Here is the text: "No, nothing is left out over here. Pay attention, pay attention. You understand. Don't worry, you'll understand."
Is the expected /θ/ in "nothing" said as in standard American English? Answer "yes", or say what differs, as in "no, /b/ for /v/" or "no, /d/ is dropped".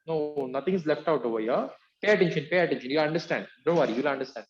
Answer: no, /t/ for /θ/